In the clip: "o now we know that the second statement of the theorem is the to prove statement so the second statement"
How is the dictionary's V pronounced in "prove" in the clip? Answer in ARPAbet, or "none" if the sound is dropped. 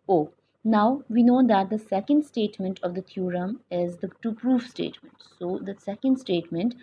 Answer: F